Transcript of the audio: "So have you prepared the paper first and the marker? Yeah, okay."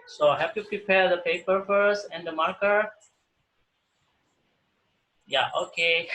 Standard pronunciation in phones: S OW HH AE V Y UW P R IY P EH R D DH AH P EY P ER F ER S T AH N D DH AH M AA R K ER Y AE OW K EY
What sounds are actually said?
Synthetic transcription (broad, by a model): S OW HH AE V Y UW P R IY P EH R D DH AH P EY P ER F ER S AH N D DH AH M AA R K ER Y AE OW K EY